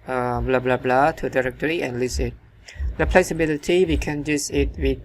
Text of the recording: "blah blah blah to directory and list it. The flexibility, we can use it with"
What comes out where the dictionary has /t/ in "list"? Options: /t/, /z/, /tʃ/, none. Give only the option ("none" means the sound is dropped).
none